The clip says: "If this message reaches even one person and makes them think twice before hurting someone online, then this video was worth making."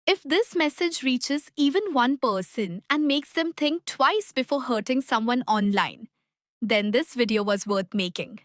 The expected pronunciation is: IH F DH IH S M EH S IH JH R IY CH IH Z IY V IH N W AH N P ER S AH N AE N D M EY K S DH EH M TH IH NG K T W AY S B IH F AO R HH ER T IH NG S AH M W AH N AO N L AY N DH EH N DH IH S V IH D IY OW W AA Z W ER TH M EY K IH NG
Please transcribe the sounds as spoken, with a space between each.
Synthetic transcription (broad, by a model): IH F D IH S M EH S IH JH R IY CH IH Z IY V IH N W AH N P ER S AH N AE N D M EY K S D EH M T IH NG K T W AY S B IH F AO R HH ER T IH NG S AH M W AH N AO N L AY N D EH N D IH S V IH D IY OW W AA Z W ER T M EY K IH NG